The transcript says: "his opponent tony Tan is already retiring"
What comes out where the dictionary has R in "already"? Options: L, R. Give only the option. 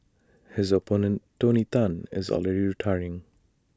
L